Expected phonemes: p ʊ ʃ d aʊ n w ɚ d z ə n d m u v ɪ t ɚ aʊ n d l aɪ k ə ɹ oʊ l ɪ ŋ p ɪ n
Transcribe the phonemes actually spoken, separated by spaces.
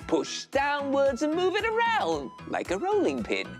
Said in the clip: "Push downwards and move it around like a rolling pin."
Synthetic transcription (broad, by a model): p ʊ ʃ d aʊ n w ɚ d z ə n m u v ɪ t ɚ aʊ n d l aɪ k ə ɹ oʊ l ɪ ŋ p ɪ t